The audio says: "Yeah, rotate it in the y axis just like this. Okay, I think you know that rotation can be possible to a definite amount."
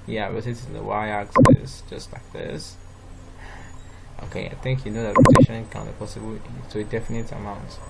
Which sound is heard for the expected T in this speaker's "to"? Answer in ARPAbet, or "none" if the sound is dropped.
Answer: S